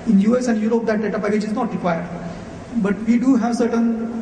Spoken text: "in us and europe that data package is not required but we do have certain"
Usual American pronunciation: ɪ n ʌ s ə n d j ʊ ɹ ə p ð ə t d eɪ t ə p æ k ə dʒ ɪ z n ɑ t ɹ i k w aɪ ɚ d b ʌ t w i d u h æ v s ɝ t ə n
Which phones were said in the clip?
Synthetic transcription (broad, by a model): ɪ n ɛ s ə n d j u ɹ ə p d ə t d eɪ t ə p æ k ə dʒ ɪ z n ɑ t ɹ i k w aɪ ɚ d b ʌ t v i d u h æ v s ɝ t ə n